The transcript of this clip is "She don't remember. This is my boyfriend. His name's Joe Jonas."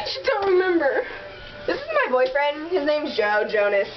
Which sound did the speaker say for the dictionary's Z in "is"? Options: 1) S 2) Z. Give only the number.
2